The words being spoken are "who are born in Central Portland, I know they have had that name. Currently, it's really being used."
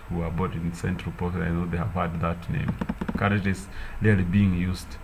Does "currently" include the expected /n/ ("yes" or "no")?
no